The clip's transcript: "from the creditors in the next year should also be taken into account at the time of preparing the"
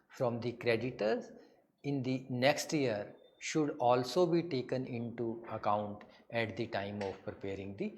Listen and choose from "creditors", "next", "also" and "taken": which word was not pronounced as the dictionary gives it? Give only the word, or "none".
none